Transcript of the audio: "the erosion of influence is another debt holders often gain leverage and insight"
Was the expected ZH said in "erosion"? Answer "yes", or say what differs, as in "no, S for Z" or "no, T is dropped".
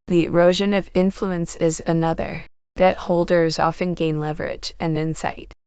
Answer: yes